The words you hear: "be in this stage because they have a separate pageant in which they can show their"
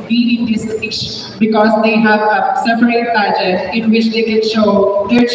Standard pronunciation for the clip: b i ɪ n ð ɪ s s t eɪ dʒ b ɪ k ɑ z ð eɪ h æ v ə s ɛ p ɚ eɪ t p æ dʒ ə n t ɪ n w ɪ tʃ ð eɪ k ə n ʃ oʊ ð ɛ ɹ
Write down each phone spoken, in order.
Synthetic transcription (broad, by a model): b i ɪ n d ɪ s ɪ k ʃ b ɪ k ɑ z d eɪ h æ v ə s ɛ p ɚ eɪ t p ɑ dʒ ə t ɪ n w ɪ tʃ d eɪ k ə n ʃ oʊ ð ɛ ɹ